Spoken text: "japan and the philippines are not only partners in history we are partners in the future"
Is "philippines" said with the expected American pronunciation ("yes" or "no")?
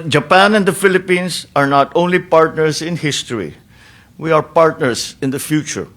no